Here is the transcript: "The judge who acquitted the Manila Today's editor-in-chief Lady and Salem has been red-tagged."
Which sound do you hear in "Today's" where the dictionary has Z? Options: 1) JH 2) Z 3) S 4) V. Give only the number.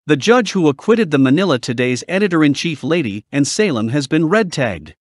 2